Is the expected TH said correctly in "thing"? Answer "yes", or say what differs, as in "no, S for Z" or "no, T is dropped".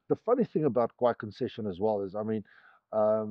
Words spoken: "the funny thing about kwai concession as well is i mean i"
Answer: yes